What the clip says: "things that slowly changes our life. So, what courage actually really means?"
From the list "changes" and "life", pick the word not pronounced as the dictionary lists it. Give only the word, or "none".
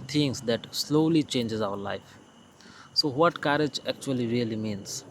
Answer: none